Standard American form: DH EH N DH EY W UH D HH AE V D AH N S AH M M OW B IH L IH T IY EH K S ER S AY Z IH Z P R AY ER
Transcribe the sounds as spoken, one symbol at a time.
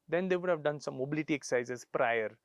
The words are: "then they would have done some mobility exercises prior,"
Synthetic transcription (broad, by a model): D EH N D EY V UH D HH AE V D AH N S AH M M OW B IH L IH T IY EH K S S AY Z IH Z P R AY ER